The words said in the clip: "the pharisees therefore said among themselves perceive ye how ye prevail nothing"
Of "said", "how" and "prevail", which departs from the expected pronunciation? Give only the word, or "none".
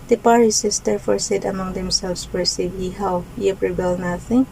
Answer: prevail